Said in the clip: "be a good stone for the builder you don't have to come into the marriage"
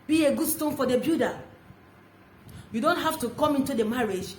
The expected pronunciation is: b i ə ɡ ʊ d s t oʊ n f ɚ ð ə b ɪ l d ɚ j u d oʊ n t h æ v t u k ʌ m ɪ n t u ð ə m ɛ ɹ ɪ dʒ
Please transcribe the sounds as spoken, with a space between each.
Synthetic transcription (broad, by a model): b i ə ɡ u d s t oʊ n f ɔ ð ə b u d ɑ j u d oʊ n t h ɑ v t u k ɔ m ɪ n t u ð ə m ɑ ɹ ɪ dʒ